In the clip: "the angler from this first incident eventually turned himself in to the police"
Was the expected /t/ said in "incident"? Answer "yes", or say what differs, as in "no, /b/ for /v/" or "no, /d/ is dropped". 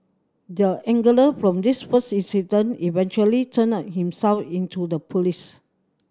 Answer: no, /t/ is dropped